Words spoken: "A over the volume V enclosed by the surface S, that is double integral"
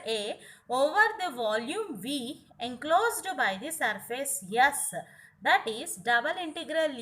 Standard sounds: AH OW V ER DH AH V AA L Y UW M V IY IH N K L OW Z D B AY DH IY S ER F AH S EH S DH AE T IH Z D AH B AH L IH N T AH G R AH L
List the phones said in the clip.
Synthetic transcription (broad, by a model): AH OW V ER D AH V AA L Y UW M V IY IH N K L OW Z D B AY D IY S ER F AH S EH S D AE T IH Z D AH B AH L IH N T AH G R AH L